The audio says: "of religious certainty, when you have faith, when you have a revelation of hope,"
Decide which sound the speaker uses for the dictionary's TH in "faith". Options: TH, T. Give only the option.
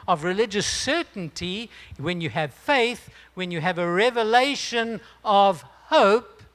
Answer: TH